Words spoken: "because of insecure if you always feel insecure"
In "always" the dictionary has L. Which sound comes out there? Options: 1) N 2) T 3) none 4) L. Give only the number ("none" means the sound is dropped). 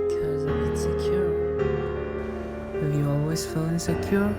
4